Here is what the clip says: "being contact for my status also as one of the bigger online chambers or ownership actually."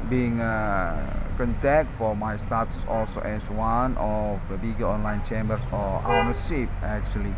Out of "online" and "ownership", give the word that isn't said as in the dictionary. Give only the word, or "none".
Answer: ownership